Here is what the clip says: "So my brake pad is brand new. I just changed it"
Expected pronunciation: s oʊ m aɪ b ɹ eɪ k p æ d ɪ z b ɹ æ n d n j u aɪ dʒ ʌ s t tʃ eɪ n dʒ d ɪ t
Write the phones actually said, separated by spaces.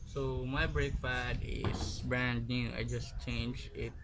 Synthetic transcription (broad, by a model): s oʊ m aɪ b ɹ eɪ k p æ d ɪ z b ɹ æ n d n j u aɪ dʒ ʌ s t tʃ eɪ n dʒ ɪ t